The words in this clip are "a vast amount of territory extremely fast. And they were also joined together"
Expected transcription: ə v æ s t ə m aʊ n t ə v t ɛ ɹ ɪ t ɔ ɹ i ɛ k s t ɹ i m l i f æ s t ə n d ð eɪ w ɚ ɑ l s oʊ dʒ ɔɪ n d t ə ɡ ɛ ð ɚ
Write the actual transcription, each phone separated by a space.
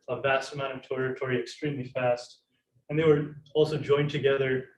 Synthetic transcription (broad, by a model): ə v æ s t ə m aʊ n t ə v t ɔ ɹ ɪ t ɔ ɹ i ɛ k s t ɹ i m l i f æ s t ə n ð eɪ w ɚ ɑ l s oʊ dʒ ɔɪ n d t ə ɡ ɛ ð ɚ